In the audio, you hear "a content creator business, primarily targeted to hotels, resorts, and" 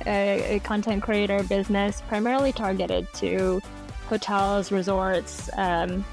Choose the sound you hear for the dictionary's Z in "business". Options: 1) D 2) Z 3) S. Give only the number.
2